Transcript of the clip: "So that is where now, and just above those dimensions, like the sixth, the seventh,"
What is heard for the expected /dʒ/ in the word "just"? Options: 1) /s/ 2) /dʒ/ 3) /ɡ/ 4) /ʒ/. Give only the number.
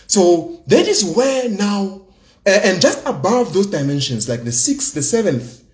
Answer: 2